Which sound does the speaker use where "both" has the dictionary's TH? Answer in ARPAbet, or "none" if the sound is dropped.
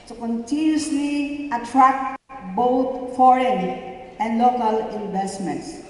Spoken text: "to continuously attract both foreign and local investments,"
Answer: T